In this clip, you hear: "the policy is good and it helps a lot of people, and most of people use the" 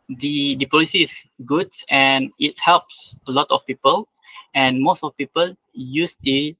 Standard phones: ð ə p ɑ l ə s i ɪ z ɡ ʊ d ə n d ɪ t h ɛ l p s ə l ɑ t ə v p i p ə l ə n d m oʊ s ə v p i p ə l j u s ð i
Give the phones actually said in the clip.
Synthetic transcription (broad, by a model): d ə p ɑ l ə s i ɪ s ɡ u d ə n ɪ t h ɛ l p s ə l ɑ t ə f p i p ə l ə n m oʊ s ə f p i p ə l j u s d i